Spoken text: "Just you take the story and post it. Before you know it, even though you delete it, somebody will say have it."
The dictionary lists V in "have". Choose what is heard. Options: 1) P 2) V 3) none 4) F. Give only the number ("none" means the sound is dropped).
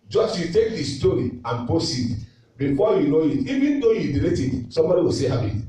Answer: 1